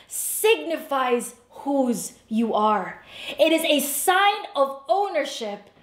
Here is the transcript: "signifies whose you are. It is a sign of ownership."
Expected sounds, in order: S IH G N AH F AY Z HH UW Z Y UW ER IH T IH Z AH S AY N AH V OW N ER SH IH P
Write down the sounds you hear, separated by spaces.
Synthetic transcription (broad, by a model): S IH G N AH F AY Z HH UW Z Y UW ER IH T IH Z AH S AY N AH V OW N ER SH IH P